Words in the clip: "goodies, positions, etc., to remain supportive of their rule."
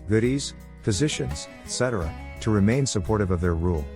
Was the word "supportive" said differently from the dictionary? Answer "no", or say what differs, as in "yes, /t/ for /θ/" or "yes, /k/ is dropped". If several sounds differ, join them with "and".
no